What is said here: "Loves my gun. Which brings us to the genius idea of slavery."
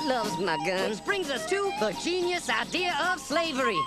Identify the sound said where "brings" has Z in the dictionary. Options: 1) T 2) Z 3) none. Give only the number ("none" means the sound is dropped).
2